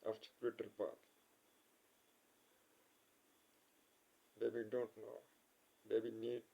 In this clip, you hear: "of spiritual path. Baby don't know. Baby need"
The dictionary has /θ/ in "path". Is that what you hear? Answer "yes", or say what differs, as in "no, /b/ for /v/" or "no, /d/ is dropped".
no, /t/ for /θ/